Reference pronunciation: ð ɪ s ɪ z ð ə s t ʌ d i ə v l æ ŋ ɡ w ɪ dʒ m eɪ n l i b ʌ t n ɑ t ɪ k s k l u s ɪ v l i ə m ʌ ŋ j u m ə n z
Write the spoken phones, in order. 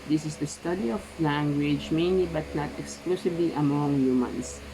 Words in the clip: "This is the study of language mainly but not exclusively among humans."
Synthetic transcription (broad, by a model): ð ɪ s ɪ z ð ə s t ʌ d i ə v l æ ŋ ɡ w ɪ dʒ m eɪ n l i b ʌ t n ɑ t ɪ k s k l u s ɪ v l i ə m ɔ ŋ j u m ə n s